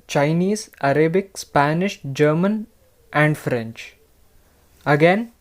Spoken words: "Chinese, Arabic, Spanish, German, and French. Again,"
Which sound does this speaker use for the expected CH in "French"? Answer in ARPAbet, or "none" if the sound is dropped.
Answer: CH